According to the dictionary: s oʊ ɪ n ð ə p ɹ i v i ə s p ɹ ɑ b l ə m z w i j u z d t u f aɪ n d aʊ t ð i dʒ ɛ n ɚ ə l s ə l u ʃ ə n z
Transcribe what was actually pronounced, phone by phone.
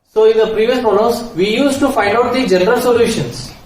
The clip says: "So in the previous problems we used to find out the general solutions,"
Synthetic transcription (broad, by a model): s oʊ ɪ n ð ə p ɹ i v i ə s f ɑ l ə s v i j u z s t u f aɪ n d aʊ t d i dʒ ɛ n ɚ ə l s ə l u ʃ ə n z